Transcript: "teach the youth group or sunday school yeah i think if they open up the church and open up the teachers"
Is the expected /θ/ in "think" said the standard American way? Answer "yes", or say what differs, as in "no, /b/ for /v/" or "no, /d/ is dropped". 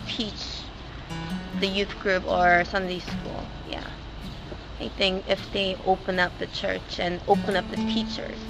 yes